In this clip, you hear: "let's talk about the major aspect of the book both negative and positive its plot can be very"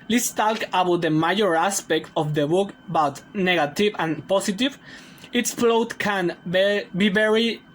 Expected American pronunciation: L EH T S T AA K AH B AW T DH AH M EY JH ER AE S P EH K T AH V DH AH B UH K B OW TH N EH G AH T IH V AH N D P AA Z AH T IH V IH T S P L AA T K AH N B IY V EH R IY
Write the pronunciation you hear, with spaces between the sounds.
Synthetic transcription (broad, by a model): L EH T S T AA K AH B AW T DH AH M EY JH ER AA S P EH K T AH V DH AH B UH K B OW T N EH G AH T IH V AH N P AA S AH T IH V IH T S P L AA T K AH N B IY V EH R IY